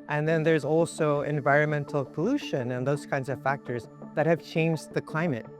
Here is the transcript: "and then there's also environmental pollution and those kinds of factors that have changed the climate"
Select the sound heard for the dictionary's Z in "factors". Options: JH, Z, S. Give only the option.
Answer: Z